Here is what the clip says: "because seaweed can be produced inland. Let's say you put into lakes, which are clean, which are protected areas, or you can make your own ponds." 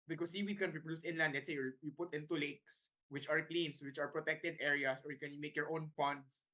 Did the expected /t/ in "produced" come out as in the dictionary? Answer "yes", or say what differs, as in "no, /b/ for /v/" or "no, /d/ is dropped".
no, /t/ is dropped